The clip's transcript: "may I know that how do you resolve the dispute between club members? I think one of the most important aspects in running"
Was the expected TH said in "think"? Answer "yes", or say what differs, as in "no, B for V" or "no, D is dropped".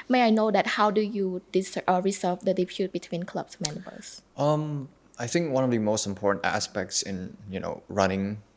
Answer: yes